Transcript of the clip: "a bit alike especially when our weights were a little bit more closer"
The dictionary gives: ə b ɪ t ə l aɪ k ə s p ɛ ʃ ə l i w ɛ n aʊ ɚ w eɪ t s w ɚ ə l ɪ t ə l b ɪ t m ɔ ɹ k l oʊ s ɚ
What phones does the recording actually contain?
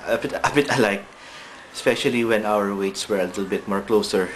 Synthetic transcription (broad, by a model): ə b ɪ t ə l aɪ k ə s p ɛ ʃ ə l i w ɛ n aʊ ɚ w eɪ t s w ɚ ə l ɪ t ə l b ɪ t m ɔ ɹ k l oʊ s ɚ